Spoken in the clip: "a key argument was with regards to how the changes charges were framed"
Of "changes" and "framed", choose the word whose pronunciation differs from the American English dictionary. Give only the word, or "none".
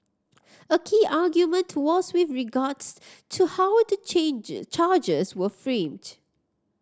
changes